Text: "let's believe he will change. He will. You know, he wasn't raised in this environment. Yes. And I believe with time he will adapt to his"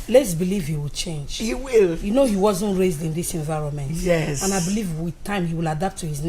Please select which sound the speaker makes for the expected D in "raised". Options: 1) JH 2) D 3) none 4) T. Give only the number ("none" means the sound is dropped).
2